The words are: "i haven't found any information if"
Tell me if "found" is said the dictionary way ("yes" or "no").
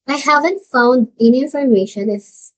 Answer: yes